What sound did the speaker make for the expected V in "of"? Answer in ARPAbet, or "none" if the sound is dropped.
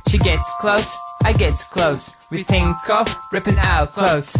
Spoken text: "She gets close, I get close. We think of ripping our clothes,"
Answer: F